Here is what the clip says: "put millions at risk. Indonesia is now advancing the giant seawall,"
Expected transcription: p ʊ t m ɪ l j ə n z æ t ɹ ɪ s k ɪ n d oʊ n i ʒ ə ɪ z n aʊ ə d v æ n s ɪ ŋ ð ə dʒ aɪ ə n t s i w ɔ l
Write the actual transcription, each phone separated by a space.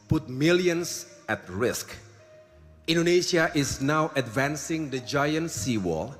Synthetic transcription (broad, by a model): p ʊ t m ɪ l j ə n s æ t ɹ ɪ s k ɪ n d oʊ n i ʃ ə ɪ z n aʊ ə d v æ n s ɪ ŋ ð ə dʒ aɪ ə n t s i w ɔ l